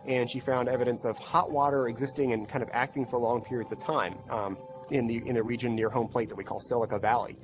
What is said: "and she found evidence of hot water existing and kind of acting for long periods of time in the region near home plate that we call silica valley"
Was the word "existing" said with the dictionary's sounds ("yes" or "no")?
yes